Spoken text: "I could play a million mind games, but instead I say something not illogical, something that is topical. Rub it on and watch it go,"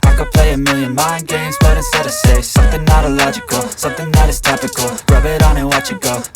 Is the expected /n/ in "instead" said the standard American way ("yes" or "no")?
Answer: no